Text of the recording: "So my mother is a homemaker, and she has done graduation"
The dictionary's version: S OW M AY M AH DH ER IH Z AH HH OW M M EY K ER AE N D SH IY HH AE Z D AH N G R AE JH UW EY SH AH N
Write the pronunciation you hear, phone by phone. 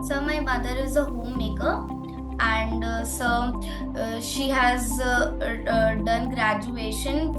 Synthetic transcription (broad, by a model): S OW M AY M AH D ER IH Z AH HH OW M M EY K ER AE N D SH IY HH AE Z D AH N G R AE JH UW EY SH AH N